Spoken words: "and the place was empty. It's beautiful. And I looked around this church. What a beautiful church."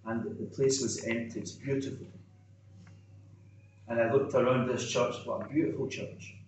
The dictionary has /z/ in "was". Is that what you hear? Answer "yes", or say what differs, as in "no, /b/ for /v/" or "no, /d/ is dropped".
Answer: yes